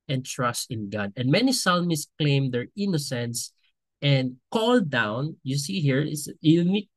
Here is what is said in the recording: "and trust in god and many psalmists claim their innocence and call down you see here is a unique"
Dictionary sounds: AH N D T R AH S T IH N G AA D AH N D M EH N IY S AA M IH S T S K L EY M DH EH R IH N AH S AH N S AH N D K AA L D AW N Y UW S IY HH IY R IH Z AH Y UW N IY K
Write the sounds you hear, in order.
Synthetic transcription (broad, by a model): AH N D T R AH S T IH N G AA D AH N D M EH N IY S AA M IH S S K L EY M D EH R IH N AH S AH N S AH N D K AA L D AW N Y UW S IY HH IY R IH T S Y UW N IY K